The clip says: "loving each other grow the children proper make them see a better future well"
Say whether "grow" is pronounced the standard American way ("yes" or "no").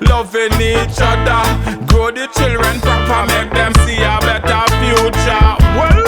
no